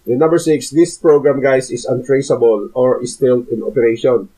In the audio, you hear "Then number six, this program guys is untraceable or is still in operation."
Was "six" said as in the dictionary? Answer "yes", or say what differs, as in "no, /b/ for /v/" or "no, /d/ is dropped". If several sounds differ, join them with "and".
yes